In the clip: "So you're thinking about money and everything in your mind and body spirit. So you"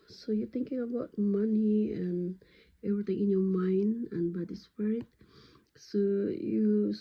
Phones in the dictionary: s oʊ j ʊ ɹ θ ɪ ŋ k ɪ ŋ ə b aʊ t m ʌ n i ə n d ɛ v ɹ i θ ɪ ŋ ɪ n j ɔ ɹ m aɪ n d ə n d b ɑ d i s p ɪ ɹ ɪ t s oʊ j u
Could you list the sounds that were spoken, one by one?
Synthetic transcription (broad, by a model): s oʊ j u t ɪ ŋ k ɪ ŋ ə b aʊ t m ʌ n i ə n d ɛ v ɹ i t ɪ ŋ ɪ n j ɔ m aɪ n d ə n b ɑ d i s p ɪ ɹ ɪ t s oʊ j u